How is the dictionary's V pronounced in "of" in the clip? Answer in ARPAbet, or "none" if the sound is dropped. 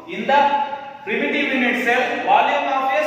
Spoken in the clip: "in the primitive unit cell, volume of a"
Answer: P